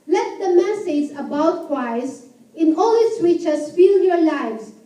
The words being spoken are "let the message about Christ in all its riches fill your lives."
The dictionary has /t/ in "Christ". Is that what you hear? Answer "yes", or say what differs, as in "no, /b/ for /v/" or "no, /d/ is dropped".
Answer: no, /t/ is dropped